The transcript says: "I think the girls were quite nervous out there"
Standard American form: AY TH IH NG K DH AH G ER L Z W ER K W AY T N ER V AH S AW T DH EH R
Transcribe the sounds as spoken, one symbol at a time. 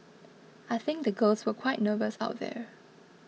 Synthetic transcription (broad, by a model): AY TH IH NG K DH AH G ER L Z W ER K W AY T N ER V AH S AW T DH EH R